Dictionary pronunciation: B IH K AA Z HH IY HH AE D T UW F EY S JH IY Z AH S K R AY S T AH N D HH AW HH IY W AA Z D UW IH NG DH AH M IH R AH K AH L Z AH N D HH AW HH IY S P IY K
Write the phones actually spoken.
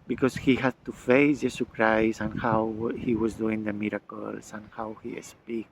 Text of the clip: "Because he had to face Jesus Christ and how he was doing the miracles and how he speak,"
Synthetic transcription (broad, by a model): B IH K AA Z HH IY HH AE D T UW F EY S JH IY S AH K R AY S AH N HH AW HH IY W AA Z D UW IH NG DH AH M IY R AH K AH L S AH N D HH AW HH IY S P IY K